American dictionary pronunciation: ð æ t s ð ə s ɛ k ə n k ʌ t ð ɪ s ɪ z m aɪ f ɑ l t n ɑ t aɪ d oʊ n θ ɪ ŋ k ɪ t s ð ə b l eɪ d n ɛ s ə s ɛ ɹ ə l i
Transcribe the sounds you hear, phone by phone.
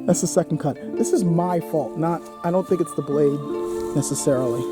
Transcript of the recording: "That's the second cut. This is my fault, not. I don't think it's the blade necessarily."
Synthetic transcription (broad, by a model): ð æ t s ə s ɛ k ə n k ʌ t ð ɪ s ɪ z m aɪ f ɑ l t n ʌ t aɪ d oʊ n θ ɪ ŋ k ɪ t s ð ə b l eɪ d n ɛ s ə s ɛ ɹ l i